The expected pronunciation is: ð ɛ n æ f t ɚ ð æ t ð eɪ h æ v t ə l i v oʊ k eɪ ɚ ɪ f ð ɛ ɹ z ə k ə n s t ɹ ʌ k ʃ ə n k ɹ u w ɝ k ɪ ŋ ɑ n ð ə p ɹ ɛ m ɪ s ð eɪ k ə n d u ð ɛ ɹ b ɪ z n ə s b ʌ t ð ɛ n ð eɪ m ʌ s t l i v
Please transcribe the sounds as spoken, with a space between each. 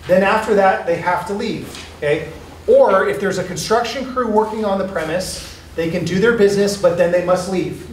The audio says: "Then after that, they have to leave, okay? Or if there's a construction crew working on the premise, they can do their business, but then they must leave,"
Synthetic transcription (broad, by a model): ð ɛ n æ f t ɚ ð æ t ð eɪ h æ f t ə l i v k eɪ ɚ ɪ f ð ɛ ɹ z ə k ə n s t ɹ ʌ k ʃ ə n k ɹ u w ɝ k ɪ ŋ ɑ n ð ə p ɹ ɛ m ɪ s ð eɪ k ə n d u ð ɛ ɹ b ɪ z n ə s b ʌ t ð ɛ n ð eɪ m ʌ s t l i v